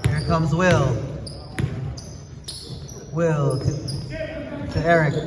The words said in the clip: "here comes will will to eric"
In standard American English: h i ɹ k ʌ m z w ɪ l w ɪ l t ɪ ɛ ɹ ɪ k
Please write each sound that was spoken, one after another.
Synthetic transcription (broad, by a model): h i ɹ k ʌ m z w ɪ l w ɪ l t ɪ ɛ ɹ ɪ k